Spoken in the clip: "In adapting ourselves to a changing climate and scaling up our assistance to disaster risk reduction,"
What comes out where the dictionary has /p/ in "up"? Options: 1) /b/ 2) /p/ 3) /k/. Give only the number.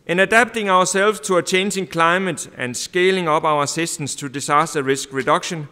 1